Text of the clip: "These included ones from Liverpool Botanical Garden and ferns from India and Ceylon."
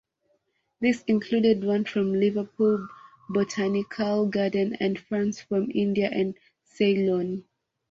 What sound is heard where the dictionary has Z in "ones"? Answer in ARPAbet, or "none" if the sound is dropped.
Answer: none